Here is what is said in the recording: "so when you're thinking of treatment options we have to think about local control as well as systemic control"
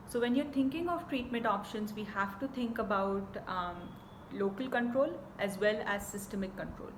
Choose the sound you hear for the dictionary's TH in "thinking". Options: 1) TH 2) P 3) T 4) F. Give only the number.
3